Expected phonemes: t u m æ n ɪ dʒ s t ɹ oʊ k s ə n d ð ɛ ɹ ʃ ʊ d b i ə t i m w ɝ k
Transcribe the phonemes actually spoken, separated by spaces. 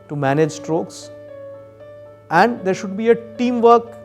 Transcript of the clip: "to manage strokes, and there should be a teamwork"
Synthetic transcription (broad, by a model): t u m æ n ɪ dʒ s t ɹ oʊ k s ə n d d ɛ ɹ ʃ ʊ d b i ə t i m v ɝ k